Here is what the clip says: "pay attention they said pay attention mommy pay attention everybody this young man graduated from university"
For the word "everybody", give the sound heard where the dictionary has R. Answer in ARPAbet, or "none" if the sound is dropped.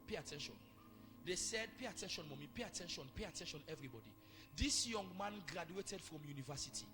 R